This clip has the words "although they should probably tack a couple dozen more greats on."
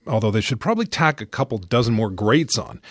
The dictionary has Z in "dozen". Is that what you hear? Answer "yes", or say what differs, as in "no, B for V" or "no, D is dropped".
yes